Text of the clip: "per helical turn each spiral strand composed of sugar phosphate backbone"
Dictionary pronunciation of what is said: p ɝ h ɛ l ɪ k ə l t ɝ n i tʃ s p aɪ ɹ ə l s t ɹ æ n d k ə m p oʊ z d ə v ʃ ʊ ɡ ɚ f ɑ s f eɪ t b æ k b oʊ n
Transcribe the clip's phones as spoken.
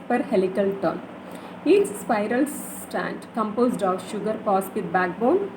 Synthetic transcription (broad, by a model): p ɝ h ɛ l ɪ k ə l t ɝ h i s s p aɪ ɹ ə l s t æ n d k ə m p oʊ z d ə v ʃ ʊ ɡ ɚ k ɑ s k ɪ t b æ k b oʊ n